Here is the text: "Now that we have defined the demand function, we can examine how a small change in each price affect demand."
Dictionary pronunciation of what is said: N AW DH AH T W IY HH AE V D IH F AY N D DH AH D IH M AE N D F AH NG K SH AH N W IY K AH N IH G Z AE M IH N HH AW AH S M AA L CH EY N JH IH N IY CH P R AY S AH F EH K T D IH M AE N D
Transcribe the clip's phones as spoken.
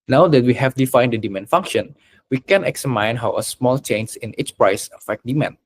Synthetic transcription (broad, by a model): N AW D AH T W IY HH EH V D IH F AY N D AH D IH M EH N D F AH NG K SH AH N W IY K AH N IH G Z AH M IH N HH AW AH S M AA L CH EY N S IH N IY S P R AY S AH F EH K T D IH M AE N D